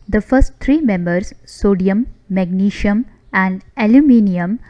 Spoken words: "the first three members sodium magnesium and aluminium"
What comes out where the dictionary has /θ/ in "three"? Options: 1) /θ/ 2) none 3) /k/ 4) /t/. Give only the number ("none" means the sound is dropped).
4